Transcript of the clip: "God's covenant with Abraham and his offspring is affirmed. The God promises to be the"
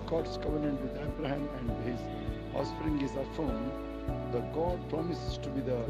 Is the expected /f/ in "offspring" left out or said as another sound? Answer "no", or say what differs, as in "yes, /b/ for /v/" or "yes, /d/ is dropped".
yes, /f/ is dropped